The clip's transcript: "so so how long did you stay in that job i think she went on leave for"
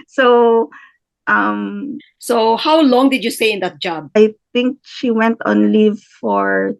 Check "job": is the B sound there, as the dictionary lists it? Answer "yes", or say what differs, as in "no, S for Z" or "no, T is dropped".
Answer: yes